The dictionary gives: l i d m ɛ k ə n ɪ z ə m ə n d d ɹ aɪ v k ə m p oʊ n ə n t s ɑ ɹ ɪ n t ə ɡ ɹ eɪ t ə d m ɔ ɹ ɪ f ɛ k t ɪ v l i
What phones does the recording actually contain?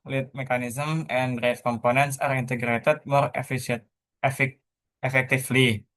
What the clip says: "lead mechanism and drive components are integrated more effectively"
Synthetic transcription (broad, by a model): l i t m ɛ k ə n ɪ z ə m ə n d d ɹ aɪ f k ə m p oʊ n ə n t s ɑ ɹ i n t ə ɡ ɹ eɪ t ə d m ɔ ɹ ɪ f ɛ k t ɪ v l i